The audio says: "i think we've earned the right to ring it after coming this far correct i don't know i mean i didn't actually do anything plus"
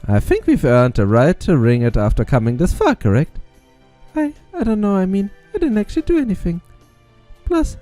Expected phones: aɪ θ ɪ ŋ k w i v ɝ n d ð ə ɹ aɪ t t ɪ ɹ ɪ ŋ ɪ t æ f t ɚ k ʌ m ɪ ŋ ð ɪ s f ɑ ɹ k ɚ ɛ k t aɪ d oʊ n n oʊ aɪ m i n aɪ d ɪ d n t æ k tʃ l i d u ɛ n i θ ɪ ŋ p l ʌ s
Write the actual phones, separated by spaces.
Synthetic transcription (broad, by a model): aɪ θ ɪ ŋ k w i v ɝ n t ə ɹ aɪ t t ɪ ɹ ɪ ŋ ɪ t æ f t ɚ k ʌ m ɪ ŋ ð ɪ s f ɑ ɹ k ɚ ɛ k t aɪ d oʊ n n oʊ aɪ m i n aɪ d ɪ d n t æ k tʃ l i d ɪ ɛ n i θ ɪ ŋ p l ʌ s